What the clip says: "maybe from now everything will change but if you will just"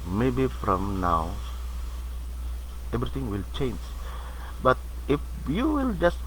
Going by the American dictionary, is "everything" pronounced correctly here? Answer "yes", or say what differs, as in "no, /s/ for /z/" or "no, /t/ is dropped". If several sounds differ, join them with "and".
no, /t/ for /θ/